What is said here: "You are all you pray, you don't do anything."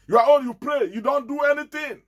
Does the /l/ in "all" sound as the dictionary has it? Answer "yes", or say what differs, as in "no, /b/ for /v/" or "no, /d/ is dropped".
no, /n/ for /l/